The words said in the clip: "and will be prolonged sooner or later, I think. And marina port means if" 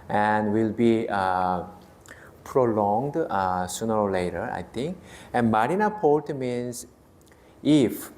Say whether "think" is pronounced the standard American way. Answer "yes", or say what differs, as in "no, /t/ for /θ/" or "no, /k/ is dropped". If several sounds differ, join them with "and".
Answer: no, /t/ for /θ/